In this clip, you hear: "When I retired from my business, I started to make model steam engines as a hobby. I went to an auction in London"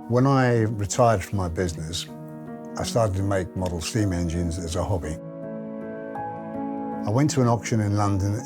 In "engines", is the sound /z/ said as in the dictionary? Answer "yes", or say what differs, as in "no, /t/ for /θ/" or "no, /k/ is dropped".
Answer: yes